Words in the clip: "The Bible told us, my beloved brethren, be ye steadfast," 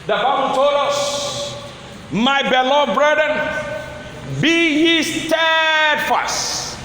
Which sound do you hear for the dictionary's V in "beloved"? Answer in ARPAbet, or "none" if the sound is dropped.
none